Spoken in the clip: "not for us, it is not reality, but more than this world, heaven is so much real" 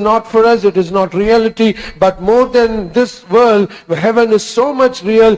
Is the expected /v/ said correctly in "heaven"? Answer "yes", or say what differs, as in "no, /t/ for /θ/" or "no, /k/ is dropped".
yes